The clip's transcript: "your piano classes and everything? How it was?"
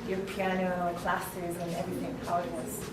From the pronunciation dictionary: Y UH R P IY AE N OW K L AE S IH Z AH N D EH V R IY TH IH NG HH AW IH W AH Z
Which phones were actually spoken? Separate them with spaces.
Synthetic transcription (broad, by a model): Y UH R P IY AE N OW K L AE S IH Z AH N EH V R IY TH IH NG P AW IH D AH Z